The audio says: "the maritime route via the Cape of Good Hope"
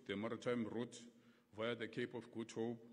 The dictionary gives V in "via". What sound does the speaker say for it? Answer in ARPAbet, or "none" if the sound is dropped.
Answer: V